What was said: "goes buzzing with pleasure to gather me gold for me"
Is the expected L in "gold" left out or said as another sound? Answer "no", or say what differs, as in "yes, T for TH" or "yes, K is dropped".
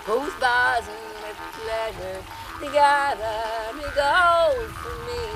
yes, L is dropped